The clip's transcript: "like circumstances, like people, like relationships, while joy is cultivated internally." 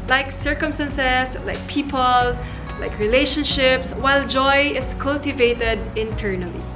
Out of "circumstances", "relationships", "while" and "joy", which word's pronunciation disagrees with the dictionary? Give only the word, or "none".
circumstances